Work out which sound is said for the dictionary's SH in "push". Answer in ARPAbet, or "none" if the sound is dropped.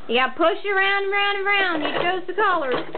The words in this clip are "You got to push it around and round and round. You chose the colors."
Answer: SH